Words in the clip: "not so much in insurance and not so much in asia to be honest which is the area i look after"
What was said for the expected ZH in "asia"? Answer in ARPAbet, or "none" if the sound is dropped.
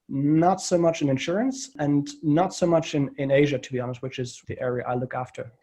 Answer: ZH